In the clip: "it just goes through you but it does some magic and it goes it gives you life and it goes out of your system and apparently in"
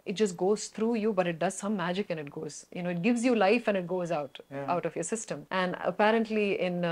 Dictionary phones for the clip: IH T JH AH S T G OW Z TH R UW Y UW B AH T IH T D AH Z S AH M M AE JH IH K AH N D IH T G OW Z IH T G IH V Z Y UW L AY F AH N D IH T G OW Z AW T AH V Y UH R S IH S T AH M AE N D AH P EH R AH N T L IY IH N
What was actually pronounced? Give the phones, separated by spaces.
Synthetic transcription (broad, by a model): IH T JH AH S T G OW Z T R UW Y UW B AH T IH T D AH Z S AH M M AE JH IH K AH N IH T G OW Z IH T G IH V Z Y UW L AY F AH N IH T G OW Z AW T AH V Y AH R S IH S T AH M AE N D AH P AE R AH N T L IY IH N